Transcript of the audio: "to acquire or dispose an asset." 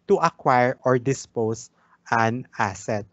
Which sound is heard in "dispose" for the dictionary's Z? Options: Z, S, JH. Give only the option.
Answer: S